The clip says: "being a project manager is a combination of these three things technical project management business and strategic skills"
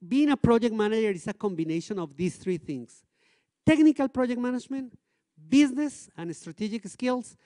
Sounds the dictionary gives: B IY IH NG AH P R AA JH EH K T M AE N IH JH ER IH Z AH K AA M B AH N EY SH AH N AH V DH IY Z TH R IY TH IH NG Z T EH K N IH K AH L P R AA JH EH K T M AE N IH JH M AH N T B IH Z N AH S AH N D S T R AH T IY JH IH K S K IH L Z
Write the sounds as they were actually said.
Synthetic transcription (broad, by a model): B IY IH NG AH P R AA JH EH K T M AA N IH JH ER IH S AH K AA M B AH N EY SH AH N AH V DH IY S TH R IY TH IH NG S T EH K N IH K AH L P R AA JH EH K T M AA N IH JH M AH N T B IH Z N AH S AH N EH S T R AH T IY JH IH K S K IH L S